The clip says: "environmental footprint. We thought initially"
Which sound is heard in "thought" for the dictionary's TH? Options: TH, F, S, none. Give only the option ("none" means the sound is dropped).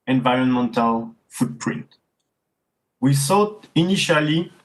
S